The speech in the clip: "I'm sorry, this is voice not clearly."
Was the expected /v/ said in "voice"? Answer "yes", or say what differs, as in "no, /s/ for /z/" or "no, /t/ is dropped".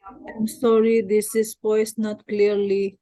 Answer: no, /p/ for /v/